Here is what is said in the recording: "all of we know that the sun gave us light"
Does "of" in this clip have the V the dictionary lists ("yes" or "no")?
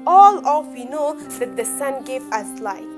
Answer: no